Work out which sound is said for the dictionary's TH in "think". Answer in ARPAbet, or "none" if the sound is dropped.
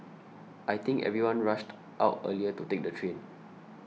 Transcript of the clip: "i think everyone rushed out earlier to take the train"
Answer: T